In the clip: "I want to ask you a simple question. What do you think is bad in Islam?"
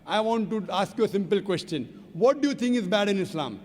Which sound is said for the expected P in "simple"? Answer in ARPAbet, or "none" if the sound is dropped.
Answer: P